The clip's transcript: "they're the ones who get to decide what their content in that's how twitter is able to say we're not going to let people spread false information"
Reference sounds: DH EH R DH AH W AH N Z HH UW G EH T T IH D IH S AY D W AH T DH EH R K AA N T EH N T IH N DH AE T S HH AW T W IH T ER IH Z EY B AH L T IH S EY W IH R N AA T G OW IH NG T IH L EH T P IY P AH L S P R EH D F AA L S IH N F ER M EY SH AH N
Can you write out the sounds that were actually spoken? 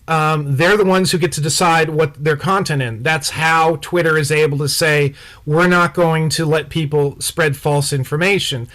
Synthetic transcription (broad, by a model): DH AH R DH AH W AH N Z HH UW G EH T T IH D IH S AY D W AH T DH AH R K AA N T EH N IH N DH AE T S HH AW T W IH T ER IH Z EY B L T IH S EY W IH R N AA T G OW IH NG T IH L EH T P IY P L S P R EH D F AA L S IH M F ER M EY SH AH N